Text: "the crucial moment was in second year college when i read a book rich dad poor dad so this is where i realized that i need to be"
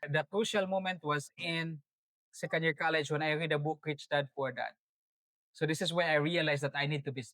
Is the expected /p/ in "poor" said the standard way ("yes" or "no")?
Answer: no